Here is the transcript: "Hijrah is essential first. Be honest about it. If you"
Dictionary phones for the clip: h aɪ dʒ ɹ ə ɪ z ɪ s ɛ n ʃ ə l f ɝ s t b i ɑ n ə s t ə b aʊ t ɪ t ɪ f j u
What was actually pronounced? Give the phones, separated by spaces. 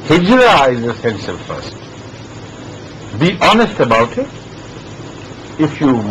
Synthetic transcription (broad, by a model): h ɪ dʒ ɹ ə ɪ z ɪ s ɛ n s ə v f ɝ s t b i ɑ n ə s t ə b aʊ t ɪ t ɪ f j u